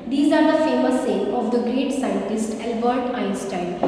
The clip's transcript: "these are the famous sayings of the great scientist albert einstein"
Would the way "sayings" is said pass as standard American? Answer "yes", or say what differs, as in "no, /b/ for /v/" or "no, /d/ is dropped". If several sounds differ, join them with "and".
no, /z/ is dropped